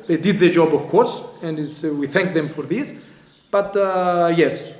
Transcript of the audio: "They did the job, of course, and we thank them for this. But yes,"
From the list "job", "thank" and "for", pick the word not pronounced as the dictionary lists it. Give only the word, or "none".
none